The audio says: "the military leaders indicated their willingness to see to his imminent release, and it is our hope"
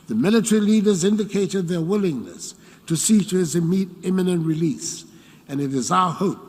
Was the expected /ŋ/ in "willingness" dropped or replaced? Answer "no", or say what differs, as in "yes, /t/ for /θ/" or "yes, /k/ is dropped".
no